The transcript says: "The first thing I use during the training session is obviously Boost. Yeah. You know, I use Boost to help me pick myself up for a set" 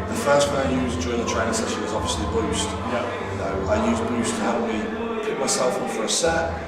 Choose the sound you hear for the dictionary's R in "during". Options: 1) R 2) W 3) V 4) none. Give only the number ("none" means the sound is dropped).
4